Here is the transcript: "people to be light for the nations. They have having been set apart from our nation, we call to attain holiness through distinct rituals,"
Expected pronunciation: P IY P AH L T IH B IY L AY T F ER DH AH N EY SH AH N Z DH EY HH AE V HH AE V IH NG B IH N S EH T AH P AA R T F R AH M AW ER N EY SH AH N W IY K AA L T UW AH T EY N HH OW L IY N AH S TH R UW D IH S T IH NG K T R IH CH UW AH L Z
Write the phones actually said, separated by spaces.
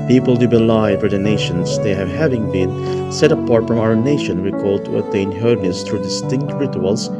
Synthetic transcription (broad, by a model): P IY P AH L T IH B IY L AY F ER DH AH N EY SH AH N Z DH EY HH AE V HH AE V IH NG B IH N S EH T AH P AA R T F R AH M AW ER N EY SH AH N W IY K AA L T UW AH T EY N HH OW IY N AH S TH R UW D IH S T IH NG K T R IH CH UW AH L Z